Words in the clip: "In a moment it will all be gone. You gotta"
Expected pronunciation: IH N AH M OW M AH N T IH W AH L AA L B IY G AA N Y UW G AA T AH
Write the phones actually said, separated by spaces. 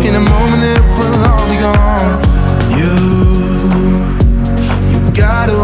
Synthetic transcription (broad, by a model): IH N AH M OW M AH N IH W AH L AA L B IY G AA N Y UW G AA T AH